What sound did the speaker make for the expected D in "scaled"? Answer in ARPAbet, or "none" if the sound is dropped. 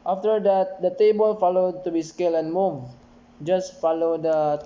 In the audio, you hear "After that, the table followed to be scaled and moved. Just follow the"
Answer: none